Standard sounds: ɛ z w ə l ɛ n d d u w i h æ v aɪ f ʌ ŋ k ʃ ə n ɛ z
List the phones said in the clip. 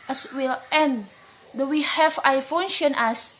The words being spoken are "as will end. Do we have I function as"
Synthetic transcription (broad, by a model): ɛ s w ə l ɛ n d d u w i h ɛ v aɪ f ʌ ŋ ʃ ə n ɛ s